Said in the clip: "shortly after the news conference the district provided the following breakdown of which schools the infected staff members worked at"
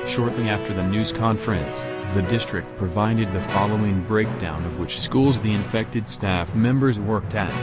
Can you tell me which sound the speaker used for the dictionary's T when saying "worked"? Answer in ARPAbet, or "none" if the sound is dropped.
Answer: T